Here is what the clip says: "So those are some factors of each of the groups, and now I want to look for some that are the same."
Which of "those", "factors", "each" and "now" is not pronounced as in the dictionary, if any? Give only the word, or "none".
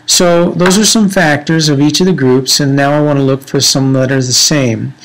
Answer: none